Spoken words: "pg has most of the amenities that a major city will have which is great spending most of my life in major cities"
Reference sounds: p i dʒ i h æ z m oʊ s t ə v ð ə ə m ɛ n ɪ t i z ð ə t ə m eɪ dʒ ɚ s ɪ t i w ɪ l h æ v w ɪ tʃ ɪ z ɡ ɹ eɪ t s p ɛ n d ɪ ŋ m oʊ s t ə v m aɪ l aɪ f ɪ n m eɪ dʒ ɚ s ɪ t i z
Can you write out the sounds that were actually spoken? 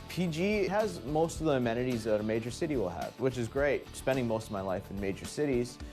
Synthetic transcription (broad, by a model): p i dʒ i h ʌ z m oʊ s t ə v ð ə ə m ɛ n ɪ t i z ð ə t ə m eɪ dʒ ɚ s ɪ t i w ɪ l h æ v w ɪ tʃ ɪ z ɡ ɹ eɪ t s p ɛ n d ɪ ŋ m oʊ s t ə v m aɪ l aɪ f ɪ n m eɪ dʒ ɚ s ɪ t i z